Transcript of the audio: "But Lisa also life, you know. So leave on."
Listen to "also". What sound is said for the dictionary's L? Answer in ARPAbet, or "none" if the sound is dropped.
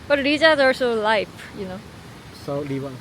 none